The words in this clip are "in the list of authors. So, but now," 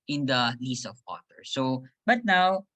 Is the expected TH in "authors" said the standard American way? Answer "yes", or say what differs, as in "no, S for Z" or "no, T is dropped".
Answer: no, T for TH